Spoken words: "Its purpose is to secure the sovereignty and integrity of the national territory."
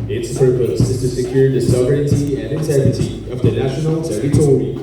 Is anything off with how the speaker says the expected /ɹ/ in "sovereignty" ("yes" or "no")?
yes